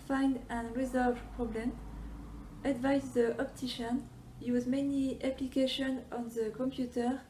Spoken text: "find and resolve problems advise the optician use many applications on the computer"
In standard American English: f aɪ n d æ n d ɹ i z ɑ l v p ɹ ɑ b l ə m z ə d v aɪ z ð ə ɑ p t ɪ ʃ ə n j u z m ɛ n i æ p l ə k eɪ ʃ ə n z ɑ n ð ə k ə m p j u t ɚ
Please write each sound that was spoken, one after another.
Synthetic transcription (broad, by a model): f aɪ n d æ n ɹ i z ɑ l v p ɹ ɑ b l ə m ə d v aɪ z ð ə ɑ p t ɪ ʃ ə n j u z m ɛ n i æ p l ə k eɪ ʃ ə n ɑ n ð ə k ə m p j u t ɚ